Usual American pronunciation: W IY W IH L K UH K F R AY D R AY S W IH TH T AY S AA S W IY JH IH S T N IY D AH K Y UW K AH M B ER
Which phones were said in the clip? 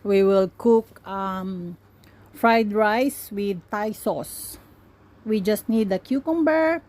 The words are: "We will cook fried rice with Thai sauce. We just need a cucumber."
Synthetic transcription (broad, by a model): W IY W IH L K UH K F R AY D R AY S W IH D T AY S AA S W IY JH IH S T N IY D AH K Y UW K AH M B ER